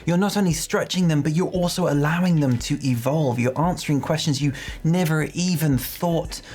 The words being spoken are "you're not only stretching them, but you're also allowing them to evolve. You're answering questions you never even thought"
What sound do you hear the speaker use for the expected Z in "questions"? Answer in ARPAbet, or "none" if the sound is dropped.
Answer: Z